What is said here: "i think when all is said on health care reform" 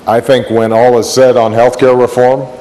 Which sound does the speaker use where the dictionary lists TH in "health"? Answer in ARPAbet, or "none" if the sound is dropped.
TH